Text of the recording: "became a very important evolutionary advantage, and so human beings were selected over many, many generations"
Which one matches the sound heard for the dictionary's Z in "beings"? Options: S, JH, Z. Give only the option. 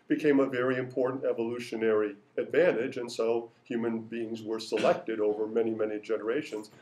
Z